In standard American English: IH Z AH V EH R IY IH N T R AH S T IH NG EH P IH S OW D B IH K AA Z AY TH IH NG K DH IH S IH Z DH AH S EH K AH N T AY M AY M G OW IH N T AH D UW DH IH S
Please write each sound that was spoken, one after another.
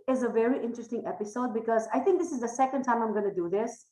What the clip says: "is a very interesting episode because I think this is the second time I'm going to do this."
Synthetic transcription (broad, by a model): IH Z AH V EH R IY IH N T R AH S T IH NG EH P IH S OW D B IH K AA Z AY T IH NG K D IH S IH Z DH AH S EH K AH N T AY M AY M G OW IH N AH D UW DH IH S